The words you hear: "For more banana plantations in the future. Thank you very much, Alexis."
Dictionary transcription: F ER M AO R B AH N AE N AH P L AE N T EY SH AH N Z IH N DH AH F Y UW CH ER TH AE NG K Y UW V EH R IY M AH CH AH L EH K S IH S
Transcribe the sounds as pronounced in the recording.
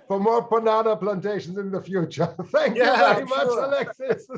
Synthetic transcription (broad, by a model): F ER M AO R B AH N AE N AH P L AE N T EY SH AH N Z IH N DH AH F Y UW CH ER TH AE NG K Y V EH R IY M AH CH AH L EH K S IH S